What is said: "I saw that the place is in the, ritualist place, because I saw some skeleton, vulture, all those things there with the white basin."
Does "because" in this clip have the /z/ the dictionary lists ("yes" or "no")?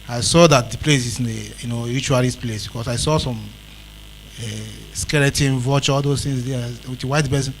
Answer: no